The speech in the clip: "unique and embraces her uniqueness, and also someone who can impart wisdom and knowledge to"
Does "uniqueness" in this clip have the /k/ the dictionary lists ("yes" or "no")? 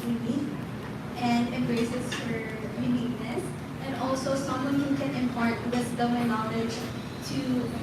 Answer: no